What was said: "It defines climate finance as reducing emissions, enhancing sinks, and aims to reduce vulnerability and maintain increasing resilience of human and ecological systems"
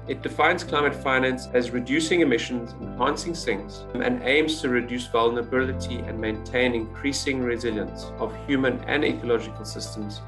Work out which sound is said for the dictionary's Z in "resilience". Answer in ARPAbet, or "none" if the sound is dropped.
Z